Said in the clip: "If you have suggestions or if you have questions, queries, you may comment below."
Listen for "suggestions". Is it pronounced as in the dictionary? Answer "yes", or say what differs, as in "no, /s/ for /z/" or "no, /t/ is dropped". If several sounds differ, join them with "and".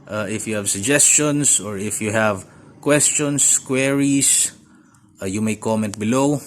no, /s/ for /z/